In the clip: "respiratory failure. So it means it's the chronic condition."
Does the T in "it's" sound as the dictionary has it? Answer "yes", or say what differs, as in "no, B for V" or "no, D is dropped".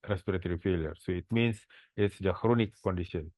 yes